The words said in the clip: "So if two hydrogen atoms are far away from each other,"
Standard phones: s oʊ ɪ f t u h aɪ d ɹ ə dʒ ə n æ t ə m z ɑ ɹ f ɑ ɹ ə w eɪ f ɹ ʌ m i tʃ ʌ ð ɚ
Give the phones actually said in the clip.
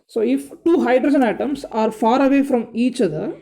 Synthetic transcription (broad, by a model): s oʊ ɪ f t u h aɪ d ɹ ə dʒ ə n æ t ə m s ɑ ɹ f ɑ ɹ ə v eɪ f ɹ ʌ m i tʃ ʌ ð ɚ